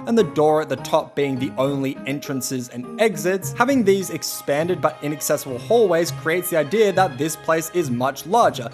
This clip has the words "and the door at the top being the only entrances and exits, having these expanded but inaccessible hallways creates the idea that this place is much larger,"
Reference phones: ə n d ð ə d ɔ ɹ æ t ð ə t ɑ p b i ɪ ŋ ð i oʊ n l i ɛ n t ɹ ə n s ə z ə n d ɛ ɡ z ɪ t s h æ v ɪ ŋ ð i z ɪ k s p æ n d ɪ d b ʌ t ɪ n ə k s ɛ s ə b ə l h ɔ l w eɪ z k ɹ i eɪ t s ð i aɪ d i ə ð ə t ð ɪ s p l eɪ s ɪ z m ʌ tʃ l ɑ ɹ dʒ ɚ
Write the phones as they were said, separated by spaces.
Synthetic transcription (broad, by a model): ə n ð ə d ɔ ɹ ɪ t ð ə t ɑ p b i ɪ ŋ ð i oʊ n l i ɛ n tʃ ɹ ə n s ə z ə n ɛ ɡ z ɪ t s h æ v ɪ ŋ ð i z ɪ k s p æ n d ɪ d b ʌ t ɪ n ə k s ɛ s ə b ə l h ɔ l w eɪ z k ɹ i eɪ t s ð i aɪ d i ə ð ə t ð ɪ s p l eɪ s ɪ z m ʌ tʃ l ɑ ɹ dʒ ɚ